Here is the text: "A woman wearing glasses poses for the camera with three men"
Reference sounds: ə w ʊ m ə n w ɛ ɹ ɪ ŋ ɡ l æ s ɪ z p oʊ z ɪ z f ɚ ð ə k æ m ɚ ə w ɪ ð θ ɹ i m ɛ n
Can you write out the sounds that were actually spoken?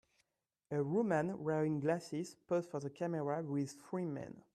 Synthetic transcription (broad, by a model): ə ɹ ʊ m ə n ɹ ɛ ɪ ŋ ɡ l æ s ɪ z p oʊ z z f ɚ ð ə k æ m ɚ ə w ɪ ð f ɹ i m ɛ n